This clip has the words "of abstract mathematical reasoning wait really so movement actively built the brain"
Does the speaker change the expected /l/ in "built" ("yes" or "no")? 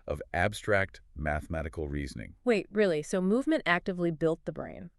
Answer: no